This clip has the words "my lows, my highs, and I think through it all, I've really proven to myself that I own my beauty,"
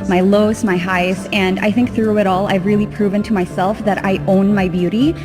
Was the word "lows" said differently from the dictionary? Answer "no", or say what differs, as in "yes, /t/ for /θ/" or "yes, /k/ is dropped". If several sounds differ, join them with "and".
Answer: yes, /s/ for /z/